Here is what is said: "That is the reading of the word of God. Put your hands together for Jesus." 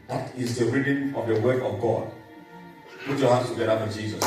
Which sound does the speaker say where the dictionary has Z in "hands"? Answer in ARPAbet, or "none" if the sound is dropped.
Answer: S